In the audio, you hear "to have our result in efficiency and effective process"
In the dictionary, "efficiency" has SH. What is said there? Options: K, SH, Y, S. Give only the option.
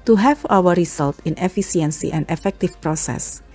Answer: S